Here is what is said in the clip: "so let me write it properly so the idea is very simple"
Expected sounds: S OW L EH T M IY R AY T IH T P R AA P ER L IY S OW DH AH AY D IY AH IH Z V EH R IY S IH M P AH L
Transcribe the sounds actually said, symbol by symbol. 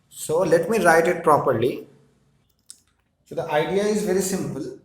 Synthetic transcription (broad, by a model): S OW L EH T M IY R AY T IH T P R AA P ER L IY S OW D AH AY D IY AH IH Z V EH R IY S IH M P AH L